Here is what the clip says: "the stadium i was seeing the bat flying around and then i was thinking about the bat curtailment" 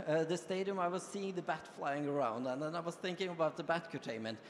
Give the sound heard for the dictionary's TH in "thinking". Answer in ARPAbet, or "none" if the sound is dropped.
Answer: TH